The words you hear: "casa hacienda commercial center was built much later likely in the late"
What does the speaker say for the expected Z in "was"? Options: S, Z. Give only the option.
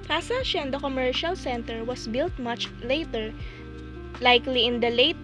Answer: S